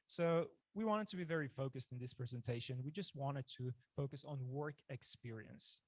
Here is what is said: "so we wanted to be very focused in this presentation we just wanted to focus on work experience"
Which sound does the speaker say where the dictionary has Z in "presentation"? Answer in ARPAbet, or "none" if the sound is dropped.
Z